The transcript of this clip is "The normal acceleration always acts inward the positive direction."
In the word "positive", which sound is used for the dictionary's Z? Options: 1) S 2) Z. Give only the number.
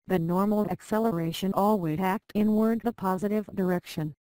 2